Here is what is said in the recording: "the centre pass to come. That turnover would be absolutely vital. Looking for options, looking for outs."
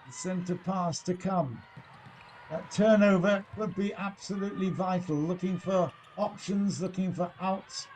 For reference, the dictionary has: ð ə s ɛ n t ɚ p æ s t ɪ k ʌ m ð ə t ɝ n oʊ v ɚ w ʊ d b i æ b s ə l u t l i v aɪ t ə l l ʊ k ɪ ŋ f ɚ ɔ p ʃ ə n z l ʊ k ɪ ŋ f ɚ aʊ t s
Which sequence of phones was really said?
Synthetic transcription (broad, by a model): s ɛ n t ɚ p æ s t ɪ k ʌ m ð ə t ɝ n oʊ v ɚ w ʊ d b i æ b s ə l u t l i v aɪ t l l ʊ k ɪ ŋ f ɚ ɔ p ʃ ə n z l ʊ k ɪ ŋ f ɚ aʊ t s